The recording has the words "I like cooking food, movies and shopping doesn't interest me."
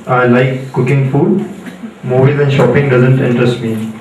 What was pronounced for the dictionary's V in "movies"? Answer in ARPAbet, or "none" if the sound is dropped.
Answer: B